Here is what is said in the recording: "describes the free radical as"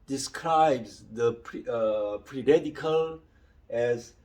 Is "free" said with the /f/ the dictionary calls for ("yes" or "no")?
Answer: no